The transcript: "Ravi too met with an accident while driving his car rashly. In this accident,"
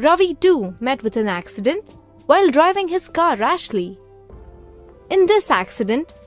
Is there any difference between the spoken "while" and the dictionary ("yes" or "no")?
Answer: no